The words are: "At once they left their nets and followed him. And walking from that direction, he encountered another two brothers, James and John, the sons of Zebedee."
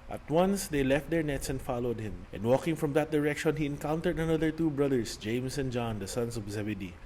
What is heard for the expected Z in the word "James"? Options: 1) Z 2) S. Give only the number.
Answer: 2